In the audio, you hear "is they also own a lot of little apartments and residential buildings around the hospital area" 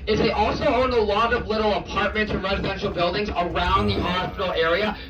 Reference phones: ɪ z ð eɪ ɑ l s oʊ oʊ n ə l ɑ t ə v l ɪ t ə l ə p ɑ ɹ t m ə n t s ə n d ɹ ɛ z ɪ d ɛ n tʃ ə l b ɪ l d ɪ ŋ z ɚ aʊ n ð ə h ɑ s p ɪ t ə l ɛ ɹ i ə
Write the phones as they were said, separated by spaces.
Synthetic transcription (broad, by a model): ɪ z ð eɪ ɑ l s oʊ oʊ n ə l ɑ t ə v l ɪ t l ə p ɑ ɹ t m ə n t s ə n ɹ ɛ z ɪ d ɛ n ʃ l b ɪ l d ɪ ŋ z ɚ aʊ n ð ə h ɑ s p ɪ t l ɛ ɹ i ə